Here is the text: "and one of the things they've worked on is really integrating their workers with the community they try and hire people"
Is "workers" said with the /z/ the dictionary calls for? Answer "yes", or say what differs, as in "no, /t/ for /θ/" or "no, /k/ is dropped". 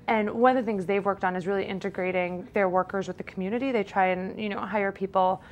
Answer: yes